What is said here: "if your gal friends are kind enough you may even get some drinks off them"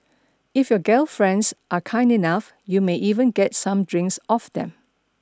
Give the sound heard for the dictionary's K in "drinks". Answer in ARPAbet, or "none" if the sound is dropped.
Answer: K